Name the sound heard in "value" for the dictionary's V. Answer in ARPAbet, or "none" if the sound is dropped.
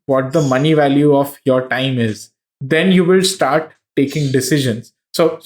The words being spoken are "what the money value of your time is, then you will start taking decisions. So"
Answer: V